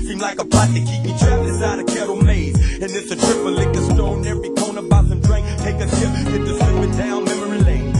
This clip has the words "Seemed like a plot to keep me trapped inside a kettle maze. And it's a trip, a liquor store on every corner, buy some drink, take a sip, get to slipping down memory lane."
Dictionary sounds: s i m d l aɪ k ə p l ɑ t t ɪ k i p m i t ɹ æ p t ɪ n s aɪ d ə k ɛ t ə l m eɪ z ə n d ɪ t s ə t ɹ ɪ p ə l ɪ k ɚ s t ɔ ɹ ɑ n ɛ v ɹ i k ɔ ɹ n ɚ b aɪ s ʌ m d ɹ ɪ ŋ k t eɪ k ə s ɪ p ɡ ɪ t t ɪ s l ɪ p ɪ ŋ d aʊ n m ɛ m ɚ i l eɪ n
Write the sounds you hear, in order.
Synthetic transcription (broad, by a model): s i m l aɪ k ə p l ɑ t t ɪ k i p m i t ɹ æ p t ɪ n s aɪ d ə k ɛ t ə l m eɪ z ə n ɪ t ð ə t ɹ ɪ p ə l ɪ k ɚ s t ɔ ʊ n ɛ v ɹ i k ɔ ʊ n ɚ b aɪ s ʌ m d ɹ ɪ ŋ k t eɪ k ə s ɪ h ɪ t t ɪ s ɪ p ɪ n d aʊ n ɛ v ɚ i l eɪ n